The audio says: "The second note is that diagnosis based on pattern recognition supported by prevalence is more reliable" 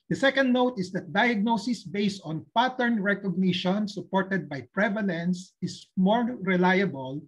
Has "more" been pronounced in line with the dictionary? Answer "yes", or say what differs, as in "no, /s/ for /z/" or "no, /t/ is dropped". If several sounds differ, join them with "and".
yes